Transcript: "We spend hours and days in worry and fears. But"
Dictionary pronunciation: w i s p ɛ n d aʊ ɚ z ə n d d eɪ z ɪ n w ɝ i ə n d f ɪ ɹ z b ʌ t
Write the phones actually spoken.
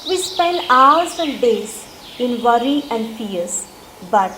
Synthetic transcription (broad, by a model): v i s p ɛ l d aʊ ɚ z ə n d d eɪ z ɪ n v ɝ i ə n d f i ɹ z b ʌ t